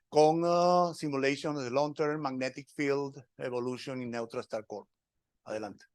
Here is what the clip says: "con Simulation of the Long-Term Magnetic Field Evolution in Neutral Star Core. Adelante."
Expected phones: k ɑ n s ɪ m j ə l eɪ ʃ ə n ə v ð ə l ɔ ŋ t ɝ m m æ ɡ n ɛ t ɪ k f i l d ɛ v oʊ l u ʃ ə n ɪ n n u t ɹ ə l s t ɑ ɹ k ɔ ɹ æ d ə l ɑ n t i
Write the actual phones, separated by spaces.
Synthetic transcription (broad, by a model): k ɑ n s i m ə l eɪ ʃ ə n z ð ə l ɔ ŋ t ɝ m m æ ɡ n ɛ t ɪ k f i l d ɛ b oʊ l u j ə n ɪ n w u t ɹ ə s t ɑ ɹ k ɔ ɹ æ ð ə l ɑ n t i